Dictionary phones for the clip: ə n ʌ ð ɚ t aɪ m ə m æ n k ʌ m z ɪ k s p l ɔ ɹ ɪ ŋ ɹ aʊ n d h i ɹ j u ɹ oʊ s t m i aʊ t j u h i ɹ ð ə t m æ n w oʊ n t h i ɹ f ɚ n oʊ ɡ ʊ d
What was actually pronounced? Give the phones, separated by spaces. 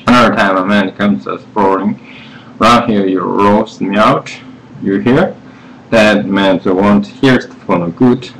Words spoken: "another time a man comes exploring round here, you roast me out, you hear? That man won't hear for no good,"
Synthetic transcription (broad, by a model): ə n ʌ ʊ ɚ t aɪ m ə m æ n k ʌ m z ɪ s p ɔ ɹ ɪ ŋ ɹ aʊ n h i ɹ j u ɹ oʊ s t m i aʊ t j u h i ɹ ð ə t m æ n w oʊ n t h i ɹ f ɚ n oʊ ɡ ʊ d